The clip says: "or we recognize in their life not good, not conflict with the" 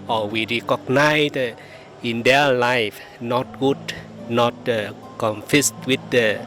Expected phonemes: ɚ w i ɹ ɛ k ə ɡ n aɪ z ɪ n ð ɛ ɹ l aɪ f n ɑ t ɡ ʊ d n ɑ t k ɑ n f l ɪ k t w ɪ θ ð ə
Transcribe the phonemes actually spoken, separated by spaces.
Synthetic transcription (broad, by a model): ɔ w i ɹ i k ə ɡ n aɪ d ɪ n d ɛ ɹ l aɪ f n ɑ t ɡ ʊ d n ɑ t k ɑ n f ɪ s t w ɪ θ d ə